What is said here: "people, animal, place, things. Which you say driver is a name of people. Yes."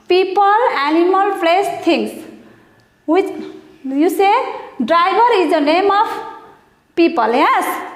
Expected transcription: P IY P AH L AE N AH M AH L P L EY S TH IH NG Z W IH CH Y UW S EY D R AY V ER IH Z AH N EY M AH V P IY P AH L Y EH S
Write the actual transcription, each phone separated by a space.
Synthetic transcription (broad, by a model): P IY P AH L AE N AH M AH L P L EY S T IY NG S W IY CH Y UW S EY D R AY B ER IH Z AH N EY M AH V P IY P AH L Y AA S